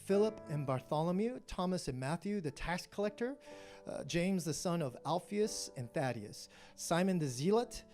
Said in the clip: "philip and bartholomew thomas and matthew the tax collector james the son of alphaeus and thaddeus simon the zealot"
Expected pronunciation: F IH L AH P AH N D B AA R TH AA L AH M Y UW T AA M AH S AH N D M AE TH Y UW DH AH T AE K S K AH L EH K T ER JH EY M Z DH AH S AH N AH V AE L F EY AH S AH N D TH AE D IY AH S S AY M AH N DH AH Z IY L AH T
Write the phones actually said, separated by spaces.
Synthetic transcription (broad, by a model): F IH L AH P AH N B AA R TH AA L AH M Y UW T AA M AH S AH N M AE TH Y UW DH AH T AE K S K AH L EH K T ER JH EY M Z DH AH S AH N AH V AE L F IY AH S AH N TH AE D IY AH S S AY M AH N DH AH Z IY L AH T